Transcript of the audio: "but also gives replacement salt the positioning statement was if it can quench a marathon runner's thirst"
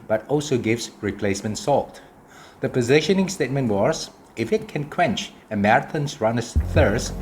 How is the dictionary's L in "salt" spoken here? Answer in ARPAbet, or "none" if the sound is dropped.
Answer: L